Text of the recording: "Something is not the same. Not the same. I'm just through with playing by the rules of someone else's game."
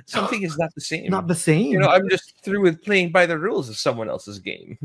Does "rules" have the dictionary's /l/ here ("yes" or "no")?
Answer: yes